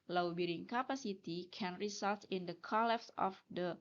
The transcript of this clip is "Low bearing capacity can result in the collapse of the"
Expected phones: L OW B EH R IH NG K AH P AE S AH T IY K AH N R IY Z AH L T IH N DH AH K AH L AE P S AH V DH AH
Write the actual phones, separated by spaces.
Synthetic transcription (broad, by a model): L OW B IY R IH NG K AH P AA S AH T IY K AH N R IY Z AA L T IH N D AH K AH L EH F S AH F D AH